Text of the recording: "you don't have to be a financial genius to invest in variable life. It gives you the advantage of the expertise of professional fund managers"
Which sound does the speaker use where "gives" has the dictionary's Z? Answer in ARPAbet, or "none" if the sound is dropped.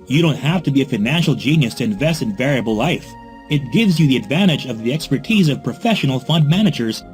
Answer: Z